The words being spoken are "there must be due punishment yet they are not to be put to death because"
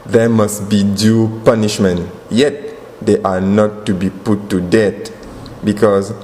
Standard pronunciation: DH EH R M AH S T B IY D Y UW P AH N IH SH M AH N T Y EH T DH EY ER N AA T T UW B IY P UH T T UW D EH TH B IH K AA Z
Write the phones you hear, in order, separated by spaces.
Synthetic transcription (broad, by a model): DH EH M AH S T B IY D Y UW P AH N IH SH M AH N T Y EH T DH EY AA N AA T T UW B IY P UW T T UW D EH T B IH K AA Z